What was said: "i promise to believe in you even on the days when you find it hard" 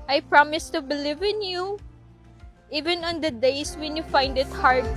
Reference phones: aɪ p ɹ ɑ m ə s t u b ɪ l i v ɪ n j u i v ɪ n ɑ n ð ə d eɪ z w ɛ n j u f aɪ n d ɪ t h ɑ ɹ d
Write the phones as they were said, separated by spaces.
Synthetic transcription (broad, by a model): aɪ p ɹ ɑ m ə s t u b ɪ l i v ɪ n j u i v ɪ n ɑ n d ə d eɪ s w ɛ n j u f aɪ n d ɪ t h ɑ ɹ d